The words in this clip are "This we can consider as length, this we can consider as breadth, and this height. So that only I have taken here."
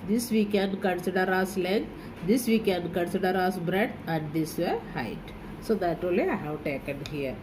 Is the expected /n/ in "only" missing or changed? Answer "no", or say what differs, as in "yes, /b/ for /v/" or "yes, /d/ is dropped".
yes, /n/ is dropped